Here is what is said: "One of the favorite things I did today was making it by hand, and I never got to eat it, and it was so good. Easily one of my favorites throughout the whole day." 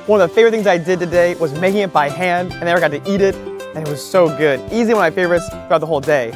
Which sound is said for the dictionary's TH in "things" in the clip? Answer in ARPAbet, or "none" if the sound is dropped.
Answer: TH